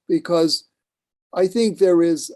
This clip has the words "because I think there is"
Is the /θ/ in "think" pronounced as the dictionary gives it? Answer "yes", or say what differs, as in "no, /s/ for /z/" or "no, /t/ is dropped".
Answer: yes